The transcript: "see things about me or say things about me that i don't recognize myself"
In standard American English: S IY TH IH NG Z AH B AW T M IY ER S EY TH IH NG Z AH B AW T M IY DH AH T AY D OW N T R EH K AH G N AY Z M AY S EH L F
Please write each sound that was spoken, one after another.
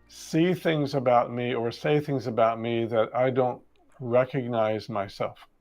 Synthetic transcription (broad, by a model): S IY TH IH NG Z AH B AW T M IY ER S EY TH IH NG Z AH B AW T M IY DH AH T AY D OW N T R EH K AH G N AY Z M AY S EH L F